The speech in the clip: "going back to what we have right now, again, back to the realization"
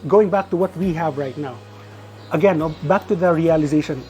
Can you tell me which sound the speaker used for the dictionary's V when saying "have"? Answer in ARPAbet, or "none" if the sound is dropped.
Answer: V